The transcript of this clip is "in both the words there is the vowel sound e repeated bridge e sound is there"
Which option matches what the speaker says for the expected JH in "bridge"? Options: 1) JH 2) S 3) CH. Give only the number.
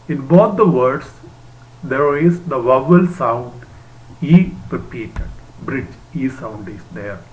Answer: 1